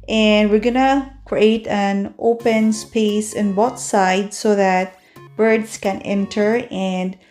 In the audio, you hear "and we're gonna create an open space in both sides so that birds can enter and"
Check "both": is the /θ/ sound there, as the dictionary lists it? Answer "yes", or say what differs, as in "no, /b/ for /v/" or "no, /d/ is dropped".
no, /t/ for /θ/